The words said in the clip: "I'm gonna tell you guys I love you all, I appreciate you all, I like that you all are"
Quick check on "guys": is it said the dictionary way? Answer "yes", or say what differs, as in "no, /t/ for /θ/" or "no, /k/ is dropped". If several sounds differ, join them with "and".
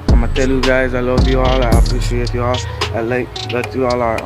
yes